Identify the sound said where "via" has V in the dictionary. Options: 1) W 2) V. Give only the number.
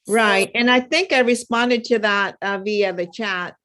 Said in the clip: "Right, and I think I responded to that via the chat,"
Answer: 2